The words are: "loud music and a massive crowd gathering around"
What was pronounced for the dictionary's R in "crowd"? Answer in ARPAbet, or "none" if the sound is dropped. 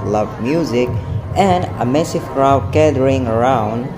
R